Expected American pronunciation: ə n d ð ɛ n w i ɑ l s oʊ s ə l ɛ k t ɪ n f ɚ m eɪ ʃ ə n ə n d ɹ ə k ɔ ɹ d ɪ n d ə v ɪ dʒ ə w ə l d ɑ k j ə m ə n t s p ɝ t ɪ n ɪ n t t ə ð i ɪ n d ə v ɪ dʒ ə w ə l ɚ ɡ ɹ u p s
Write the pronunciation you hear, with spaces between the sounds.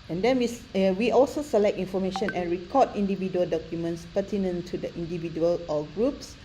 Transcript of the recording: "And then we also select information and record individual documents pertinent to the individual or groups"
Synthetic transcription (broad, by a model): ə n d ɛ n w i ɑ l s oʊ s ə l ɛ k t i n f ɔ m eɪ ʃ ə n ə n ɹ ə k ɔ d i n d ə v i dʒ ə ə l d ɑ k j ə m ə n t s p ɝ t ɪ n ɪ n t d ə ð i n d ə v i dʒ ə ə l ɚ ɡ ɹ u p s